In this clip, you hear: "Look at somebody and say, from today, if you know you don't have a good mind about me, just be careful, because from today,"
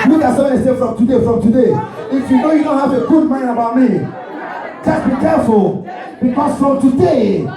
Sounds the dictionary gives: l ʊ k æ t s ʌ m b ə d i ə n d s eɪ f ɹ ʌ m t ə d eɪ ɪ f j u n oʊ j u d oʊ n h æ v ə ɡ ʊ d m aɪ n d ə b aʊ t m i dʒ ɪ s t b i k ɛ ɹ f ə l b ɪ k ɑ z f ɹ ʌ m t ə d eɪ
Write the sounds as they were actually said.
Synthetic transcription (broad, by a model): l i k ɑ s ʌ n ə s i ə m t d eɪ f ɹ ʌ m t ə d eɪ ɪ f j u n oʊ j u d oʊ n h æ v ə ɡ ʊ d m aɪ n ə b aʊ t m i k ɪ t b i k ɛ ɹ f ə l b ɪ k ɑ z f ɹ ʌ m t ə d eɪ